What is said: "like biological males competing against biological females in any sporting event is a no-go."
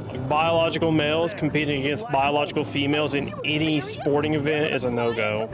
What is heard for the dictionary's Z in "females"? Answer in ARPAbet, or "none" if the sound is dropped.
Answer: Z